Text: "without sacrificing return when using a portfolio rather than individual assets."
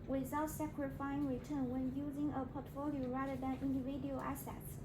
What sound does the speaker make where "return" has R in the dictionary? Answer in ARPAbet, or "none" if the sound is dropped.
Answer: R